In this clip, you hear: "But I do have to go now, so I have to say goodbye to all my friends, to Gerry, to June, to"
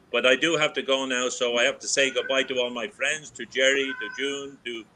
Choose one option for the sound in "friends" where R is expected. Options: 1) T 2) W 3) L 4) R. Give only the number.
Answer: 4